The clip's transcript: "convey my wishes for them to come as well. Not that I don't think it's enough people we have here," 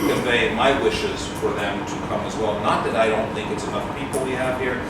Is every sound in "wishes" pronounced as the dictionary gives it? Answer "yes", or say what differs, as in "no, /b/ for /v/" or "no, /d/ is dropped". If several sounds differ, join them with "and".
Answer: yes